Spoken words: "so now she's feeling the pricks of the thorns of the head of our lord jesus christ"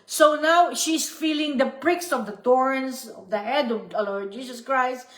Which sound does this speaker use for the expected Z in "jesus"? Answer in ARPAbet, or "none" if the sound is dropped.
S